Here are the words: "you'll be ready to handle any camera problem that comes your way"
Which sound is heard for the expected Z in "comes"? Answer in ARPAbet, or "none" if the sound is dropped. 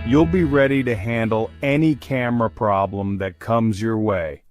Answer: Z